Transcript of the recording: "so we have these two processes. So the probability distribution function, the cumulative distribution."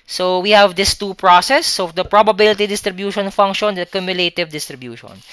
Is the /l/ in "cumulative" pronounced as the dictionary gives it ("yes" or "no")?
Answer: yes